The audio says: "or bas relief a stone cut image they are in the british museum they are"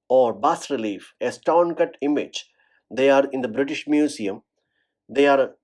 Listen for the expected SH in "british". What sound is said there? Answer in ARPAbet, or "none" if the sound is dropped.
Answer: SH